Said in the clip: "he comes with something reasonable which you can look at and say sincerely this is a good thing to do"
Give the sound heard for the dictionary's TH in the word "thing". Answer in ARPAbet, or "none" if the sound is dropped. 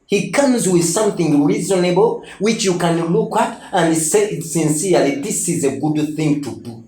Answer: TH